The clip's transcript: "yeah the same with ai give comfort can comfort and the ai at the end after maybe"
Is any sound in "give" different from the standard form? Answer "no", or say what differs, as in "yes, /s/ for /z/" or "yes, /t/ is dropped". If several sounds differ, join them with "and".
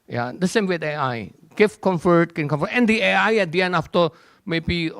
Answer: yes, /f/ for /v/